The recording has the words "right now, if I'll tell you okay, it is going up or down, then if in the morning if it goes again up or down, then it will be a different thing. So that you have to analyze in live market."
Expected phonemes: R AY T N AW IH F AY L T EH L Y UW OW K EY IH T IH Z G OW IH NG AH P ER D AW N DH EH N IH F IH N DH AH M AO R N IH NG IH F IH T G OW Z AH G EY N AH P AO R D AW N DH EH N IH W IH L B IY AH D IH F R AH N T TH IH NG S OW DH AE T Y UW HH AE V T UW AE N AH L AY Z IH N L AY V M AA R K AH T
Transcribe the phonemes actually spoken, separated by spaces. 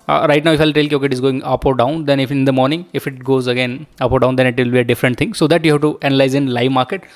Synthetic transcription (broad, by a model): R AY T N AW IH F AY L T EH L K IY OW K EY IH T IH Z G OW IH NG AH P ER D AW N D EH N IH F IH N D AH M AO R N IH NG IH F IH T G OW Z AH G EY N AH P AO R D AW N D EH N IH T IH L B IY AH D IH F R AH N T T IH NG S OW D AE T Y UW HH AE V T UW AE N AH L AY Z IH N L AY V M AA R K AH T